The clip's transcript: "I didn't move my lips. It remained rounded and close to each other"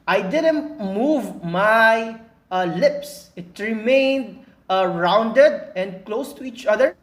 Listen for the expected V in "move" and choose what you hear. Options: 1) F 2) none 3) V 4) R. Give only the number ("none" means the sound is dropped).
3